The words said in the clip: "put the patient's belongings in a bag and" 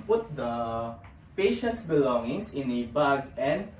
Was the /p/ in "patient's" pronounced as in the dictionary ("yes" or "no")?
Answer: yes